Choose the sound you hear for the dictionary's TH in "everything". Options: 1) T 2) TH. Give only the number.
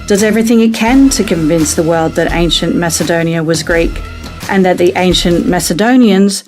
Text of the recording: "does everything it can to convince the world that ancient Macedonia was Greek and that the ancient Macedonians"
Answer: 2